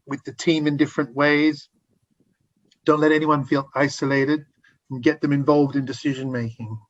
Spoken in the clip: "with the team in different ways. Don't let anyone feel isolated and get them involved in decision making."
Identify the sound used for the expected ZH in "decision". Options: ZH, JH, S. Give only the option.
ZH